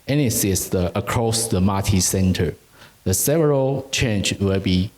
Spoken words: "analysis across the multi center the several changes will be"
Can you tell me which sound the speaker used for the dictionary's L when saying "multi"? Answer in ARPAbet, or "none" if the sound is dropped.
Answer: none